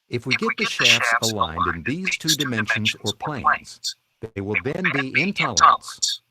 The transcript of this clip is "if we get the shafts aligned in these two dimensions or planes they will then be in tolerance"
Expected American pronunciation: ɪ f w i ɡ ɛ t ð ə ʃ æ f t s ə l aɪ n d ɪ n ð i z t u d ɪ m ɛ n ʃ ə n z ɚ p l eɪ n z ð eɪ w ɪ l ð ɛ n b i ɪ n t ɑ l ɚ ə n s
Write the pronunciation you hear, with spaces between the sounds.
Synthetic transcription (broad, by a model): ɪ f w i ɡ ɛ t ð ə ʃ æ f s ə l aɪ n d ɪ n ð i z t u d ɪ m ɛ n ʃ ə n z ɚ p l eɪ n z ð eɪ w ɪ l ð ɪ n b i ɪ n t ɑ l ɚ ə n s